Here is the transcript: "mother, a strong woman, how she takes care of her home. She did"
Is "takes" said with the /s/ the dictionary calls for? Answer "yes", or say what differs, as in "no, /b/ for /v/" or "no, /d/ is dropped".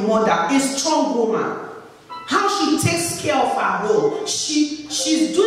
yes